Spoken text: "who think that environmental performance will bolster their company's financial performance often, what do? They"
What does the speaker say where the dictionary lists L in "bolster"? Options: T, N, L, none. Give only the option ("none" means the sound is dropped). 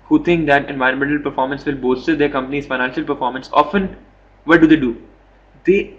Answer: none